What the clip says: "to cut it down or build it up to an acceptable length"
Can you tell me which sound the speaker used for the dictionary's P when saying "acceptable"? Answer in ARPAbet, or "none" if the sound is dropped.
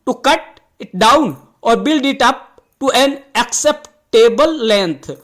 P